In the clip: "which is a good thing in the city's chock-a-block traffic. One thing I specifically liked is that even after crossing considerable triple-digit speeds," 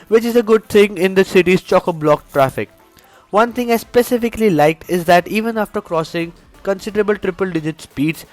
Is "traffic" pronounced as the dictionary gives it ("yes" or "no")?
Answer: yes